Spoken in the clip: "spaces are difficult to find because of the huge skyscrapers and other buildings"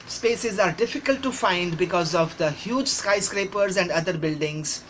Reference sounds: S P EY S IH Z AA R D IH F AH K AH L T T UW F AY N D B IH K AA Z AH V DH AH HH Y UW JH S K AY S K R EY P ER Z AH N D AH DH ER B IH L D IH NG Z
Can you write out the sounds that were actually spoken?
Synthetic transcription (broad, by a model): S P EY S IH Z AA R D IH F AH K AH L T T UW F AY N D B IH K AA Z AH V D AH HH Y UW JH S K AY S K R EY P ER Z AH N D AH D ER B IH L D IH NG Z